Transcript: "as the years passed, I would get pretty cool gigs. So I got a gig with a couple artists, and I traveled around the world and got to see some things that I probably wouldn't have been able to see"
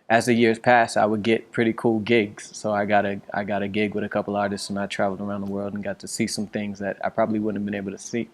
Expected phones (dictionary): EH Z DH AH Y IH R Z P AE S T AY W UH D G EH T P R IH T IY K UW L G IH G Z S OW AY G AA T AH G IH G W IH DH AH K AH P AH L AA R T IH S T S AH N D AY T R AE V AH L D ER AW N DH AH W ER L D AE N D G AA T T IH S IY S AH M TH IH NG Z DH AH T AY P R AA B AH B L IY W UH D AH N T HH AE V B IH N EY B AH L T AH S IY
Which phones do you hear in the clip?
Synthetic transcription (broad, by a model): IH Z DH AH Y IH R Z P AE S T AY W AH D G EH T P R IH T IY K UW L G IH G Z S OW AY G AA T AH G IH G W IH DH AH K AH P L AA R T IH S T S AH N AY T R AE V L D ER AW N DH AH W ER L D N G AA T T IH S IY S AH M TH IH NG Z DH AH T AY P R AA B AH B L IY W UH D N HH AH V B IH N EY B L T AH S IY